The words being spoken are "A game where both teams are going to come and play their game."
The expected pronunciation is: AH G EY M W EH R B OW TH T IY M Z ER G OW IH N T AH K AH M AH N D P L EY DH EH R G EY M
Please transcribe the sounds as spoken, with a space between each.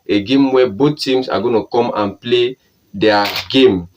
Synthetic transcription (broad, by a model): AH G EY M W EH B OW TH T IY M S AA G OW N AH K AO M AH N P L EY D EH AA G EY M